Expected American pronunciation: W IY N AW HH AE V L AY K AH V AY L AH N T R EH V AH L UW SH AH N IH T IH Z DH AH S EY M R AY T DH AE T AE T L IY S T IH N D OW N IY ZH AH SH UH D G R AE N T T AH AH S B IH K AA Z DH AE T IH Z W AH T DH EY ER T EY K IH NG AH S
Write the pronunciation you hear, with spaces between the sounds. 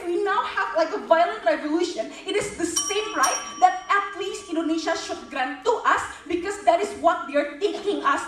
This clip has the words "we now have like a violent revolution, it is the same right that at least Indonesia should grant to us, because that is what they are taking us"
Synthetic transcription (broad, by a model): W IY N AW HH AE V L AY K AH V AY L AH N T R EH V AH L UW SH AH N IH T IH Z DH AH S EY M R AY T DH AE T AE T L IY S T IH N D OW N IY SH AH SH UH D G R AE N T T AH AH S B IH K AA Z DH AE T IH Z W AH T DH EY ER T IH K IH NG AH S